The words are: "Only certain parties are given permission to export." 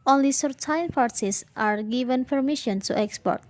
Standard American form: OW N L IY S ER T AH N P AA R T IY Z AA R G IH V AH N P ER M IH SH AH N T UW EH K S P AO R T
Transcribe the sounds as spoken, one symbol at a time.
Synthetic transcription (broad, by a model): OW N L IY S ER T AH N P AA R S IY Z AA R G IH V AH N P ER M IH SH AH N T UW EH K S P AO R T